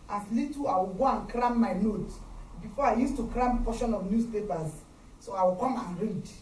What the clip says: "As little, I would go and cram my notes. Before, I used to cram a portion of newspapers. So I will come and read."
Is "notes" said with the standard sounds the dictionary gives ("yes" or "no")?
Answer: no